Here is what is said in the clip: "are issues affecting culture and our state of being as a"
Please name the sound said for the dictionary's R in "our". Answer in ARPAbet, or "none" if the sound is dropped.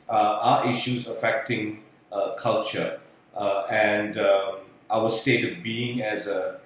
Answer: W